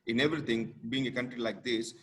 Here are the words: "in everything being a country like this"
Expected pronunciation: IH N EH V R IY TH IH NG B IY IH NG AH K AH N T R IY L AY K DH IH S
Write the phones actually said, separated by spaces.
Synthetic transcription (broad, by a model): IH N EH V R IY T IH NG B IY IH NG AH K AH N T R IY L AY K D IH S